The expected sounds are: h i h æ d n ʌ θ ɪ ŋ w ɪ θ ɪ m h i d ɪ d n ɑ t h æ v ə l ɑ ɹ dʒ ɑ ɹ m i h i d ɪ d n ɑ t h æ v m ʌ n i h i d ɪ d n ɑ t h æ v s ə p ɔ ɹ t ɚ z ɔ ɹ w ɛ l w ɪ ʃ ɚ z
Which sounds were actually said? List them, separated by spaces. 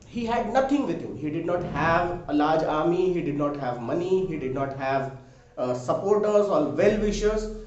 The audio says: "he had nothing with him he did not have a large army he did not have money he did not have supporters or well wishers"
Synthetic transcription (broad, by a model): h i h æ d n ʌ t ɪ ŋ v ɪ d ɪ m h i d ɪ d n ɑ t h æ v ə l ɑ ɹ dʒ ɑ ɹ m i h i d ɪ d n ɑ t h æ v m ʌ n i h i d ɪ d n ɑ t h æ v s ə p ɔ ɹ t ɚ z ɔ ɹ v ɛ l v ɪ ʃ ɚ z